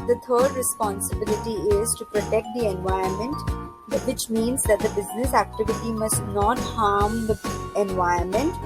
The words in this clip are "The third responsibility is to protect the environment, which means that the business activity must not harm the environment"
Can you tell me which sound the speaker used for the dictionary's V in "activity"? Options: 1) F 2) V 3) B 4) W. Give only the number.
2